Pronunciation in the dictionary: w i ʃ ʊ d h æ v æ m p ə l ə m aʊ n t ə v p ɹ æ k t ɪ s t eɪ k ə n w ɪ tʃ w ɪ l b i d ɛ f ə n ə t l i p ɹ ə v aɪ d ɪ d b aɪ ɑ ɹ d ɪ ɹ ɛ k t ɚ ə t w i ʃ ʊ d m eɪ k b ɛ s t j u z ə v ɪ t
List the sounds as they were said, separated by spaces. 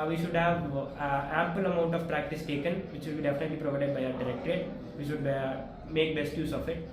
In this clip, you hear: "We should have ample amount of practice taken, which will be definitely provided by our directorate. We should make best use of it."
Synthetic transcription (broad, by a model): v i ʃ ʊ d h æ v æ m p ə l ə m aʊ n t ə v p ɹ æ k t ɪ s t eɪ k ə n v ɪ tʃ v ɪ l b i d ɛ f ə n ə t l i p ɹ ə v aɪ d ɪ d b aɪ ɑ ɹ d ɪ ɹ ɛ k t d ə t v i ʃ ʊ d m eɪ k b ɛ s t j u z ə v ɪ t